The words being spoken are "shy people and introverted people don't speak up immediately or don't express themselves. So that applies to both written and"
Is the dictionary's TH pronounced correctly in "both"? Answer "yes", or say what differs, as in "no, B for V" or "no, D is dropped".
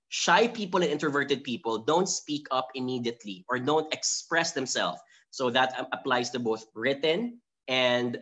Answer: yes